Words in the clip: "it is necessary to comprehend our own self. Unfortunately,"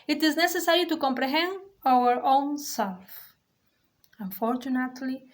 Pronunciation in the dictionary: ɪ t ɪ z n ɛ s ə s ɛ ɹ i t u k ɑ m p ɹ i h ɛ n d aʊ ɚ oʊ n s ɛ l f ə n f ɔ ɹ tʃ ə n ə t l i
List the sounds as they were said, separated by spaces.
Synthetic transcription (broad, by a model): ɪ t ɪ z n ɛ s ə s ɛ ɹ i t u k ɑ m p ɹ i h ɛ n d aʊ ɚ oʊ n s ɛ l f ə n f ɔ ɹ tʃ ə n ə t l i